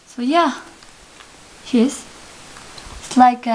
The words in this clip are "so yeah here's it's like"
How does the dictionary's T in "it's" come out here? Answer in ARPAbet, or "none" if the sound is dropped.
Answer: S